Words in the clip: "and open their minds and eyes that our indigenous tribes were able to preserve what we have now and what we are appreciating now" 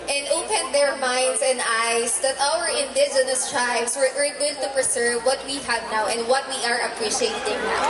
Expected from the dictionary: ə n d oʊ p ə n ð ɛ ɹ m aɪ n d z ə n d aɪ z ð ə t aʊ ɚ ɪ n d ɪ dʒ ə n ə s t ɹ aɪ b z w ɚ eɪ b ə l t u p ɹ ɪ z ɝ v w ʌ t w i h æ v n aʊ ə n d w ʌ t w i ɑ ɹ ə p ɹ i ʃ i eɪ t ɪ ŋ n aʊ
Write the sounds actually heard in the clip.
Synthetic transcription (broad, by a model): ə n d oʊ p ə n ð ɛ ɹ m aɪ n d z ə n d aɪ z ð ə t aʊ ɚ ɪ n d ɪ z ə n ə s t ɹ aɪ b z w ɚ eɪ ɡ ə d t u p ɹ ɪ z ɝ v w ʌ t w i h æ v n aʊ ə n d w ʌ t w i ɑ ɹ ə p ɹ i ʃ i eɪ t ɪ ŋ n aʊ